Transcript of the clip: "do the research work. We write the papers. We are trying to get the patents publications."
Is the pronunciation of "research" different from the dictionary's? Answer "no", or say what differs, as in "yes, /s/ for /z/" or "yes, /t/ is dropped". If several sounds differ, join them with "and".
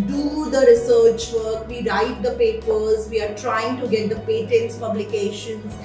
no